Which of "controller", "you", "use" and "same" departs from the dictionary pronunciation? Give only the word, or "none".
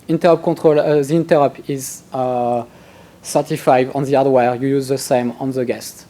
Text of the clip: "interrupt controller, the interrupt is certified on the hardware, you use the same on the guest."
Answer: controller